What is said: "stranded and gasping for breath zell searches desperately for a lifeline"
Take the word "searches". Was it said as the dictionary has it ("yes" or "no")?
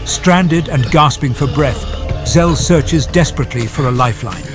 yes